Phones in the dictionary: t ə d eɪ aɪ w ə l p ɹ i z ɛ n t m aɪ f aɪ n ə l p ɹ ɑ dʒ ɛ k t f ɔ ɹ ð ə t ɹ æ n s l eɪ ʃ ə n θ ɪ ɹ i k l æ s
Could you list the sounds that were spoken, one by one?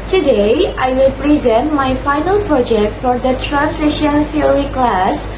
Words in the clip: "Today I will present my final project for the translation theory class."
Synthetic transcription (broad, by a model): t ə d eɪ aɪ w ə l p ɹ i z ɛ n t m aɪ f aɪ n ə l p ɹ ɑ dʒ ɛ k t f ɔ ɹ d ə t ɹ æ n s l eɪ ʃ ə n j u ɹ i k l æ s